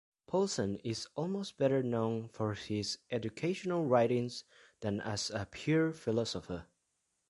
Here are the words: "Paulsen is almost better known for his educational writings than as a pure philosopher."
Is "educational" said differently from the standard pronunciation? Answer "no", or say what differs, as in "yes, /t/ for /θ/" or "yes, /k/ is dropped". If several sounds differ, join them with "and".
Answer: no